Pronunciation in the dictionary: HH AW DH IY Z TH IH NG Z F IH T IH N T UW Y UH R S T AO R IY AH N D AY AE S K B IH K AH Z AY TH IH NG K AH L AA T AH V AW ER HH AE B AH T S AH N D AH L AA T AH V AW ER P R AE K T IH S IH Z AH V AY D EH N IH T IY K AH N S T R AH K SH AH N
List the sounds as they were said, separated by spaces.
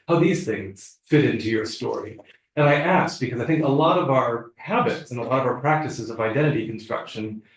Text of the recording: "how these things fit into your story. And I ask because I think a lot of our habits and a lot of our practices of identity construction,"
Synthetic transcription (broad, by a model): HH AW DH IY Z TH IH NG Z F IH T IH N T UW Y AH R S T AO R IY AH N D AY AE S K B IH K AH Z AY TH IH NG K AH L AA T AH V AW ER HH AE B AH T S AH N AH L AA T AH V AW ER P R AE K T IH S IH Z AH V AY D EH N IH T IY K N S T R AH K SH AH N